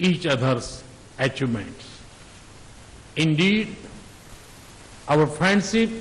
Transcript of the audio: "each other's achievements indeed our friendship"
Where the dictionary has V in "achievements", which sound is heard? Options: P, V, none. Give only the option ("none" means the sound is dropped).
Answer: none